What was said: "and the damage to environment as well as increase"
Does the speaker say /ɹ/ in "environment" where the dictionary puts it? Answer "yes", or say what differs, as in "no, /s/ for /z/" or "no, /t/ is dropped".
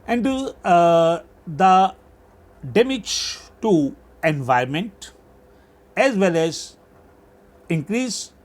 no, /ɹ/ is dropped